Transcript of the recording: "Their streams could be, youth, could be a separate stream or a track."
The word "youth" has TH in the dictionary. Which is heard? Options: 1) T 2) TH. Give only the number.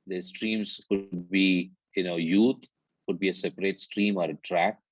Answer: 1